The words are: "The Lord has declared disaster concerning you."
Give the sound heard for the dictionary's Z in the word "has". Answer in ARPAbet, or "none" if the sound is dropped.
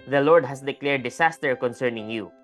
S